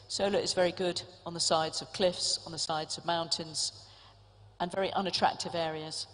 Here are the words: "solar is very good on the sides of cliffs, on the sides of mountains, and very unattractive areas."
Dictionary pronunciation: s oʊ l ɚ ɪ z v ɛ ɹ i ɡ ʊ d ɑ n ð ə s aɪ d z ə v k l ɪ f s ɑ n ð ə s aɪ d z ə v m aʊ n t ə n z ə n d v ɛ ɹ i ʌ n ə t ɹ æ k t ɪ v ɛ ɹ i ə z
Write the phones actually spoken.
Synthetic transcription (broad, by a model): s oʊ l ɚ ɪ z v ɛ ɹ i ɡ ʊ d n ð ə s aɪ d z ə v k l ɪ f s n ð ə s aɪ d z ə v m aʊ n t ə n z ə n v ɛ ɹ i ʌ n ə t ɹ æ k t ɪ v ɛ ɹ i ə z